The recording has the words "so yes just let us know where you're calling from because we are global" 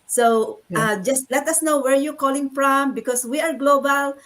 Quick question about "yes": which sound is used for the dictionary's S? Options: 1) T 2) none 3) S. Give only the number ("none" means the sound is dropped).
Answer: 2